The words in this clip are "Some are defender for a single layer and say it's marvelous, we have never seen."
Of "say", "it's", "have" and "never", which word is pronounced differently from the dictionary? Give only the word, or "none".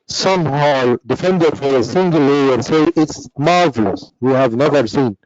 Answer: none